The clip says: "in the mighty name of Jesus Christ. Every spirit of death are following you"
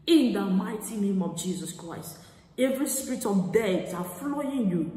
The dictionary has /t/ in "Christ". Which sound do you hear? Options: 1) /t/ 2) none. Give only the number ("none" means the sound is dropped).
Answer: 1